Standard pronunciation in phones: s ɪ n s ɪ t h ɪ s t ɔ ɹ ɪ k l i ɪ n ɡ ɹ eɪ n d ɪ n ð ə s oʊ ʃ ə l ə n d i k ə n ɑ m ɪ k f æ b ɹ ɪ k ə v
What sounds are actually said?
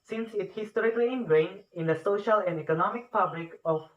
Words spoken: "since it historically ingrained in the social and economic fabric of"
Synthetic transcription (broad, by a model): s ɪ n s ɪ t h ɪ s t ɔ ɹ ɪ k l i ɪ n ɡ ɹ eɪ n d ɪ n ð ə s oʊ ʃ ə l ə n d i k ə n ɑ m ɪ k p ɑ b l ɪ k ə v